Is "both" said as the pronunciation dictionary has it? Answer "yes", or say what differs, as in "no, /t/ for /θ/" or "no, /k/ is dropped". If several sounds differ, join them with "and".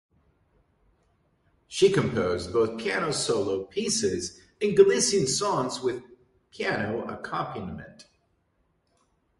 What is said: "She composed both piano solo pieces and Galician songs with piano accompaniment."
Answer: yes